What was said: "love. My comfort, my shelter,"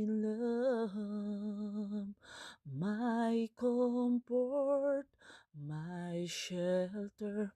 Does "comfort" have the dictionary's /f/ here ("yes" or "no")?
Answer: no